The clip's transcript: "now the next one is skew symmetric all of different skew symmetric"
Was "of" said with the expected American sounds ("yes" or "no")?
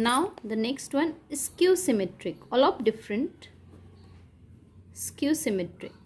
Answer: no